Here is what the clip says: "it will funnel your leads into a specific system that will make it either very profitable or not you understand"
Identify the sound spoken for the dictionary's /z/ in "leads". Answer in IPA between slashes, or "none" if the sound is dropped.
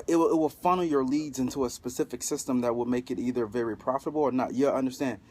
/z/